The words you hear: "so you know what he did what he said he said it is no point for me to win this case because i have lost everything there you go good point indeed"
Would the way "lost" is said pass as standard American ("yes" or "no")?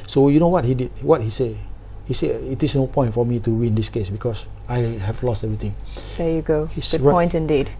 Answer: yes